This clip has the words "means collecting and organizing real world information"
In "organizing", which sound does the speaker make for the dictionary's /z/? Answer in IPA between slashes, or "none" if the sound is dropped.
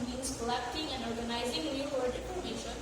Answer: /z/